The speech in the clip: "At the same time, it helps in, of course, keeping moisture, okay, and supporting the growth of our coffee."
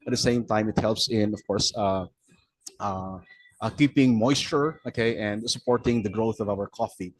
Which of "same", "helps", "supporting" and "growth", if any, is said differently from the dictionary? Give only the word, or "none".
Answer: none